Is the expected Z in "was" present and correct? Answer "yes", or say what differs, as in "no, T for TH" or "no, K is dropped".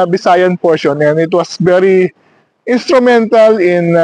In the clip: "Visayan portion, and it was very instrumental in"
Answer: no, S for Z